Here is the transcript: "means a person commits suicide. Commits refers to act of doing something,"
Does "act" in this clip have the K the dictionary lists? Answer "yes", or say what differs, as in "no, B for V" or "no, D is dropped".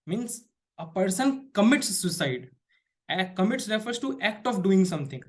yes